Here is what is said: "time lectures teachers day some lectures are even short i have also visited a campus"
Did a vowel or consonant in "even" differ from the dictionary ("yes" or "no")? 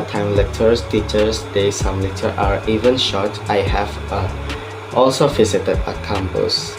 no